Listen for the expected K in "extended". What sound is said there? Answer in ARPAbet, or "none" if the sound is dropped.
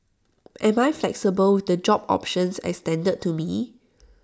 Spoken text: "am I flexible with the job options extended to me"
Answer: none